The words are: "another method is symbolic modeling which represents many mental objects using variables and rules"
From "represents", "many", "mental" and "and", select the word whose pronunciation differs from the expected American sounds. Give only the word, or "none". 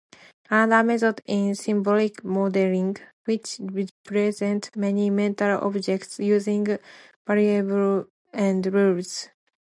represents